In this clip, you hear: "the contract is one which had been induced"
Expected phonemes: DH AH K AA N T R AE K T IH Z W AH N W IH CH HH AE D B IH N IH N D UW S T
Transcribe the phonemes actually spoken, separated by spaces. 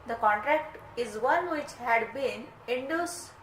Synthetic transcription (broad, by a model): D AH K AA N T R AE K T IH Z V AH N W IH CH HH AE D B IH N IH N D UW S